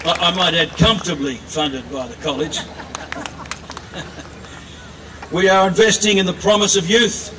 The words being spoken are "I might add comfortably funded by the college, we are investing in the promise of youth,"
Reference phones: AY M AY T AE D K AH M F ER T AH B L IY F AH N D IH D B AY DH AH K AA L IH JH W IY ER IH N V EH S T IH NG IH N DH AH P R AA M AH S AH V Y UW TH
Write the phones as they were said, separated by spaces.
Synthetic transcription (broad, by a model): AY M AY T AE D K AH M F T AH B L IY F AH N D IH D B AY DH AH K AA L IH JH W IY ER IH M V EH S T IH NG IH N DH AH P R AA M AH S AH V Y UW TH